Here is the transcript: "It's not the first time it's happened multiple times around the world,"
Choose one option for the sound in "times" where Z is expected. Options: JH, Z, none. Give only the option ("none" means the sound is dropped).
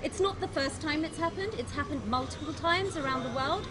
Z